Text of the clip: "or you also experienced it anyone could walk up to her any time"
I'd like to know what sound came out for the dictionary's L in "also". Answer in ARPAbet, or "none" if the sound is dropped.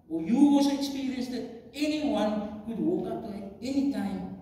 none